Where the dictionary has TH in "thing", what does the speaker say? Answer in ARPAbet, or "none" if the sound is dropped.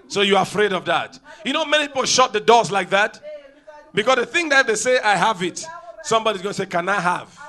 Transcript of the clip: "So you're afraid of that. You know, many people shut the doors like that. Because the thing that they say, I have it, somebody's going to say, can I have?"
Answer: TH